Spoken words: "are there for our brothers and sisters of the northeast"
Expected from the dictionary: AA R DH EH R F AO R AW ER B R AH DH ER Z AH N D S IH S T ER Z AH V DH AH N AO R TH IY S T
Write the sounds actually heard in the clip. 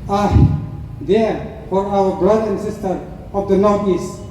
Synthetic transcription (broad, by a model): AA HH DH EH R F AO R AW ER B R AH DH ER AH N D S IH S T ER AH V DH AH N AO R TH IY S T